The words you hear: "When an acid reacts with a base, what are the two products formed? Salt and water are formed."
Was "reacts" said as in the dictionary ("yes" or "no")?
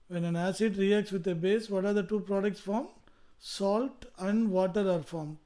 yes